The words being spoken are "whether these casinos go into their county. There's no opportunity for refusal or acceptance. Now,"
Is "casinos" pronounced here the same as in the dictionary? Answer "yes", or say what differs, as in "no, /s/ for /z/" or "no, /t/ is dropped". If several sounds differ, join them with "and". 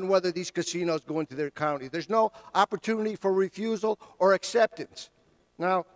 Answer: yes